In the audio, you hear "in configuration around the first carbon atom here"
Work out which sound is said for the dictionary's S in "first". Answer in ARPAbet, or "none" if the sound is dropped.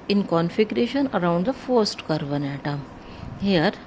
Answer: S